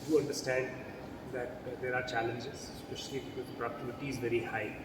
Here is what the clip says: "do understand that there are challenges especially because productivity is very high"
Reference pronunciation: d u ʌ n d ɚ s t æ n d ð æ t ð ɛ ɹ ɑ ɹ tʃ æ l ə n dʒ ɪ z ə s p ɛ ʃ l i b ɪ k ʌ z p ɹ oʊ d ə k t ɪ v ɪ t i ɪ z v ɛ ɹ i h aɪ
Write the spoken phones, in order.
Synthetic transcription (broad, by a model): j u ʌ n d ɚ s t æ n d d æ t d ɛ ɹ ɑ ɹ tʃ æ l ə n dʒ ɪ z s p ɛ ʃ i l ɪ ʌ p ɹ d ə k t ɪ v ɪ t i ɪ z v ɛ ɹ i h aɪ